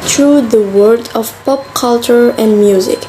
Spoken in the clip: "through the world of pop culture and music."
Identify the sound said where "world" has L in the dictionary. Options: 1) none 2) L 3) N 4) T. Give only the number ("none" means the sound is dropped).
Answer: 1